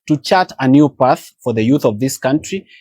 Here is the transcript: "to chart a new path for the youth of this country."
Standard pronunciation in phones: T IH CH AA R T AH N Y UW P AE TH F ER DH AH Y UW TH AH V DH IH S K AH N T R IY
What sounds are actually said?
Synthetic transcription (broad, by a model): T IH CH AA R T AH N Y UW P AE TH F ER DH AH Y UW TH AH V DH IH S K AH N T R IY